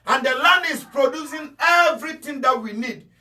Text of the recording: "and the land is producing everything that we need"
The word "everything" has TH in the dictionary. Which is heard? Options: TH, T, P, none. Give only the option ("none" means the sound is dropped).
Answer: T